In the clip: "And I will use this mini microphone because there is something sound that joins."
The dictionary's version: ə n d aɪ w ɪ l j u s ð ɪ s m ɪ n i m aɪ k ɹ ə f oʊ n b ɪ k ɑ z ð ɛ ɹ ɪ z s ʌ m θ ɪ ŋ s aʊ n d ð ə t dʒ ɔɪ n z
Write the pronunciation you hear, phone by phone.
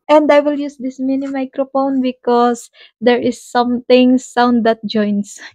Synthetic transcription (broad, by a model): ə n d aɪ w ɪ l j u s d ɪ s m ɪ n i m aɪ k ɹ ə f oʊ n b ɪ k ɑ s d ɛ ɹ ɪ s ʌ m t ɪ ŋ s aʊ n d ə t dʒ ɔɪ n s